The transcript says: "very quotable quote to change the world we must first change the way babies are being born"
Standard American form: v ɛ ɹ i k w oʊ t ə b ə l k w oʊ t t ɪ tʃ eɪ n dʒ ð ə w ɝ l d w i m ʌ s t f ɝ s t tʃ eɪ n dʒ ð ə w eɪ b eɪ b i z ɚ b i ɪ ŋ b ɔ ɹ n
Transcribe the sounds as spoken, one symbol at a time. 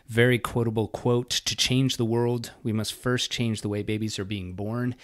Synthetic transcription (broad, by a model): v ɛ ɹ i k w oʊ t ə b l k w oʊ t t ɪ tʃ eɪ n dʒ ð ə w ɝ l d w i m ʌ s t f ɝ s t tʃ eɪ n dʒ ð ə w eɪ b eɪ b i z ɚ b i ɪ ŋ b ɔ ɹ n